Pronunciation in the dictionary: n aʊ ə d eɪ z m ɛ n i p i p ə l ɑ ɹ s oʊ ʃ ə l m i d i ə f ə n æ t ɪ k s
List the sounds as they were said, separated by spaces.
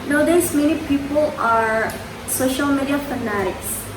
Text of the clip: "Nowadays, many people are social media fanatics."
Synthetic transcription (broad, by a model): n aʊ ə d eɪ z m ɛ n i p i p ə l ɑ ɹ s oʊ ʃ ə l m i d i ə f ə n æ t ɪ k s